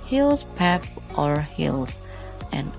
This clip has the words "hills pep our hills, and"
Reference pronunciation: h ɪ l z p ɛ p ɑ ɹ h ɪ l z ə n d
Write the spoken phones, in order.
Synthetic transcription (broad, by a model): h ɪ l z p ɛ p ɑ ɹ h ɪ l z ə n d